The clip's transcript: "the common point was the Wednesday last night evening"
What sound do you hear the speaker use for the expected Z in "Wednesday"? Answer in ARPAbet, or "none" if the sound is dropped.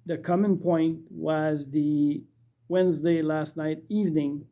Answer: Z